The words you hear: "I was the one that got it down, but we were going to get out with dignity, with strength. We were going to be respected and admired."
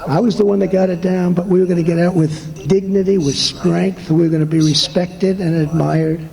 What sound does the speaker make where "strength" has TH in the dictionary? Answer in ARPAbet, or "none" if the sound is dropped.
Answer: TH